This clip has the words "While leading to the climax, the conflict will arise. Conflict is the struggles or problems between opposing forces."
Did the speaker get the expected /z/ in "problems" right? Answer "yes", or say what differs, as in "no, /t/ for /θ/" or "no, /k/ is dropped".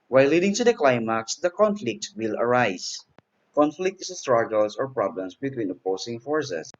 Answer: no, /s/ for /z/